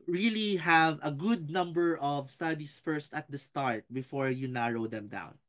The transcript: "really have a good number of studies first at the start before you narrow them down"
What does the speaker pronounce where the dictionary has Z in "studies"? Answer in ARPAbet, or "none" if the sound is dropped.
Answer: S